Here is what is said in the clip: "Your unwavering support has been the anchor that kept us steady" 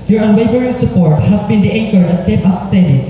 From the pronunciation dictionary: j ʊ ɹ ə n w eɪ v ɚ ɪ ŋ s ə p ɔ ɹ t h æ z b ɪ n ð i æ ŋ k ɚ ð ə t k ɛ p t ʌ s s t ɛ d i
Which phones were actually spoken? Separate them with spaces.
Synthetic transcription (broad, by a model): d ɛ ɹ ə n w eɪ v ɚ ɪ ŋ s ə p ɔ ɹ t h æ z b ɪ n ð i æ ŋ k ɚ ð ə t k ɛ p ʌ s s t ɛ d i